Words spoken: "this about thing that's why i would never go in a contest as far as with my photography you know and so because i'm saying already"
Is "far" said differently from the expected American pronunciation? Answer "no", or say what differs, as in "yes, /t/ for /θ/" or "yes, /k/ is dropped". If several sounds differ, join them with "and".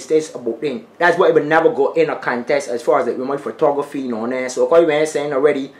no